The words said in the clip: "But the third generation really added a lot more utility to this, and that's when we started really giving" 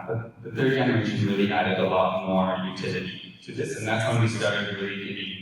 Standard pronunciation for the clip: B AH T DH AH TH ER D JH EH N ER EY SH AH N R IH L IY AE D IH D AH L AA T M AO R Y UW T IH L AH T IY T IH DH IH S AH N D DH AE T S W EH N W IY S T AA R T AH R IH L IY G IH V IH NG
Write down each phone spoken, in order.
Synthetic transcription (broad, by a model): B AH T DH AH TH ER D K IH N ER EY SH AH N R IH L IY AE D IH D AH L AA T M AO R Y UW T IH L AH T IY T IH DH IH S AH N DH AE T S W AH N W IY S T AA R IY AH R IH L IY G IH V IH